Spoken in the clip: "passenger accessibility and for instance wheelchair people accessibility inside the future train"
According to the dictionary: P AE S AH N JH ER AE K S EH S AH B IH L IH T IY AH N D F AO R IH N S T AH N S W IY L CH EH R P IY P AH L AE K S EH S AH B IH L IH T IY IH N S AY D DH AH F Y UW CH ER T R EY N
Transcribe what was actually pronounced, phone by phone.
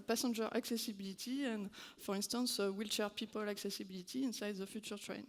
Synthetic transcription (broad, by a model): P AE S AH N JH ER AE K S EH S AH B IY L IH T IY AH N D F AO R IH N S T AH N S W IY L CH EH R P IY P AH L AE K S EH S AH B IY L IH T IY IH N S AY D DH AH F Y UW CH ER T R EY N